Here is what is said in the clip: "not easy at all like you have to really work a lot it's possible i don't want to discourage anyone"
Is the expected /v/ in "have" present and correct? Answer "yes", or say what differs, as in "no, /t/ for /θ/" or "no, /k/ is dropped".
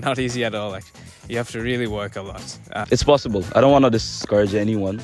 no, /f/ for /v/